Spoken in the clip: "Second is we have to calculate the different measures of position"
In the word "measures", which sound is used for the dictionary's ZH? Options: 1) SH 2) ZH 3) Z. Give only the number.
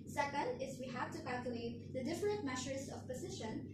1